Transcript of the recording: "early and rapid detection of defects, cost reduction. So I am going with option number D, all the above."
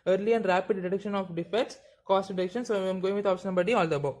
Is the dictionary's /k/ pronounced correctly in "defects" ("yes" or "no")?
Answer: no